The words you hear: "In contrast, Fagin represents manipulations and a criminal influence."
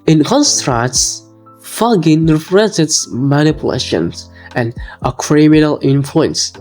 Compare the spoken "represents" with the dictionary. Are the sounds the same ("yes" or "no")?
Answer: no